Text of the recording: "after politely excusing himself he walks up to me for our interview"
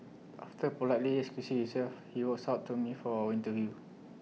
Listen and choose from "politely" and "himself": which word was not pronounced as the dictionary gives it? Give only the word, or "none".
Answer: himself